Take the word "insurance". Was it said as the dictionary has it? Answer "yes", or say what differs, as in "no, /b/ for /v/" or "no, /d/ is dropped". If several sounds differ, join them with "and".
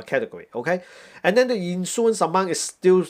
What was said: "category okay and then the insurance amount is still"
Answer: no, /s/ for /ʃ/ and /ɹ/ is dropped